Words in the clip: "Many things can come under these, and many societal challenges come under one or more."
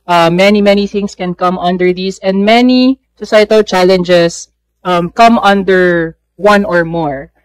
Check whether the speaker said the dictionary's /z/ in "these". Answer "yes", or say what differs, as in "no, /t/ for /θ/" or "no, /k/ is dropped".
no, /s/ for /z/